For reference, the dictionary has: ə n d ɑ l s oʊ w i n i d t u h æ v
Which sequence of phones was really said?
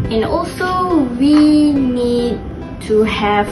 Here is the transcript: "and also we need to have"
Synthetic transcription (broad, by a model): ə n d ɑ l s oʊ w i n i d t u h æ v